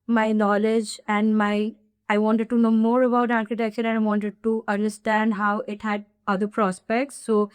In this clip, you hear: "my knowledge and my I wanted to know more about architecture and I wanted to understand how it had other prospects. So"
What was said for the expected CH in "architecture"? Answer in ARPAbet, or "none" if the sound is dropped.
SH